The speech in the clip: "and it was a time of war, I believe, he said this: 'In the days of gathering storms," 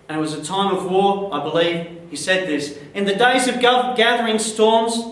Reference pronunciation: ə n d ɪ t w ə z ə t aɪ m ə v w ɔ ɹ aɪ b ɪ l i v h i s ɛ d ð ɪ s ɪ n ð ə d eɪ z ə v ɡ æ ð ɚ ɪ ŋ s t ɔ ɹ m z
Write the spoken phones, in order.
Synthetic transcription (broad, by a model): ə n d ɪ t w ə z ə t aɪ m ə v w ɔ ɹ aɪ b ɪ l i v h i s ɛ d ð ɪ s ɪ n ð ə d eɪ z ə v ɡ æ ð ɚ ɪ ŋ s t ɔ ɹ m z